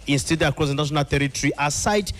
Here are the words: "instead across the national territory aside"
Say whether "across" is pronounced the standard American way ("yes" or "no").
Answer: no